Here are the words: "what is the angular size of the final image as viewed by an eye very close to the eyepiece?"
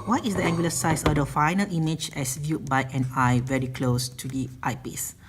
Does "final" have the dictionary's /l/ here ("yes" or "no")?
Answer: yes